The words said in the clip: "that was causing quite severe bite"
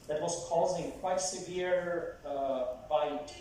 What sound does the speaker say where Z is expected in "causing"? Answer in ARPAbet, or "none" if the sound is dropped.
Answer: Z